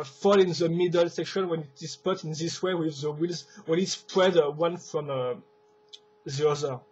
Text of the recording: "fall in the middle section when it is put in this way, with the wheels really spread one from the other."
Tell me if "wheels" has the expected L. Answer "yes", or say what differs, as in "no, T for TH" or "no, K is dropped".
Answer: yes